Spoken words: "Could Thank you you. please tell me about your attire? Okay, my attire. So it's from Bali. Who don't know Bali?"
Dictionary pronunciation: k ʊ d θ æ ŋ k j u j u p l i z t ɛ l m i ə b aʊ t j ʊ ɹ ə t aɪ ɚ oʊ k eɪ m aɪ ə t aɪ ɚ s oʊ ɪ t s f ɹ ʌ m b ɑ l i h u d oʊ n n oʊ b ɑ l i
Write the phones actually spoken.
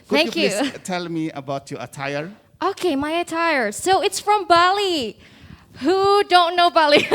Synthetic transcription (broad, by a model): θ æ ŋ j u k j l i t ɛ l m i ə b aʊ t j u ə t aɪ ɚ oʊ k eɪ m aɪ ə t aɪ ɚ s oʊ ɪ t s f ɹ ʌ m b ɑ l i h u d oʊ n n oʊ b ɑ l i